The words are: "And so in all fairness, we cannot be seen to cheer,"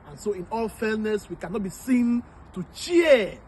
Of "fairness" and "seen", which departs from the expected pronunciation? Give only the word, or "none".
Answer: fairness